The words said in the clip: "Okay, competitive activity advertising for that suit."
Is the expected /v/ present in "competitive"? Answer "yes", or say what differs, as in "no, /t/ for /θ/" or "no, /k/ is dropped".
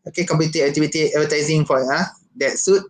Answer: no, /v/ is dropped